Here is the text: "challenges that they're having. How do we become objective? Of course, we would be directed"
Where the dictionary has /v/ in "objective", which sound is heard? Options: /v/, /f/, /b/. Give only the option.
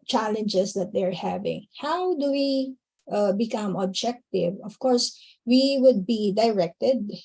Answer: /v/